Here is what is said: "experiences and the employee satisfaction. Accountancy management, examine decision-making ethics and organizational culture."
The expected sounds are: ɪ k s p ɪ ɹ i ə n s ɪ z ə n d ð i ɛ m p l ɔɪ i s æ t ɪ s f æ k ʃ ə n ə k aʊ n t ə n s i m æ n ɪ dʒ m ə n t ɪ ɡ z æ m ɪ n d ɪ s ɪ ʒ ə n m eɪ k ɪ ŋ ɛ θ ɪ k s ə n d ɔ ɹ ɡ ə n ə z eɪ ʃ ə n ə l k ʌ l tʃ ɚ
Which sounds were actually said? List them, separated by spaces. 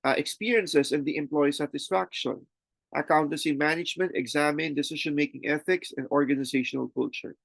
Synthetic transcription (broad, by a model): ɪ k s p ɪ ɹ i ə n s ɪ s ə n d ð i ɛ m p l ɔɪ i s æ t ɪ s f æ k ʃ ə n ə k aʊ n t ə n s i m æ n ɪ dʒ m ə n t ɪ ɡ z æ m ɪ n d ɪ s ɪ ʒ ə n m eɪ k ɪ ŋ ɛ θ ɪ k s ə n d ɔ ɹ ɡ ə n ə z eɪ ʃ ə n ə l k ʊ l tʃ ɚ